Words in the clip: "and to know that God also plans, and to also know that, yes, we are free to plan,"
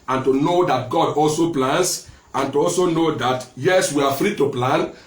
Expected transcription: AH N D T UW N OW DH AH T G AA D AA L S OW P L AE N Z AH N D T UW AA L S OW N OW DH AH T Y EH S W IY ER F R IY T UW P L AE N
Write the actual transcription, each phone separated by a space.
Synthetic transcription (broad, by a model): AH N T UW N OW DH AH T G AA D AA L S OW P L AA N S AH N T UW AA L S OW N OW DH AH T Y EH S W IY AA F R IY T UW P L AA N